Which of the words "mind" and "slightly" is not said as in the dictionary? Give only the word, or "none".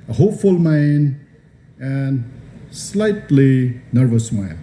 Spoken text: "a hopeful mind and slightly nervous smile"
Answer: mind